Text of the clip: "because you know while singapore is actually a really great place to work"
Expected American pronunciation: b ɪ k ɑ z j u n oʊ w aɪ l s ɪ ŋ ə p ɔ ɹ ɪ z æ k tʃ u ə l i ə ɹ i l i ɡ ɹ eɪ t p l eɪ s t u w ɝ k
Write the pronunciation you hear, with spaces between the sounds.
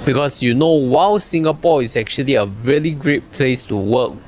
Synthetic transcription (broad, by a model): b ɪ k ɑ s j u n oʊ w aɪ w s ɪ ŋ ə p ɔ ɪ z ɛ k tʃ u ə l i ə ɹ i l i ɡ ɹ eɪ t p l eɪ s t u w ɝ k